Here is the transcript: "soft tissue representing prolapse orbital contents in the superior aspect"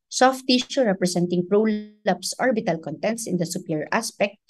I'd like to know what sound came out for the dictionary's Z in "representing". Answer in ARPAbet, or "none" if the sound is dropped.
S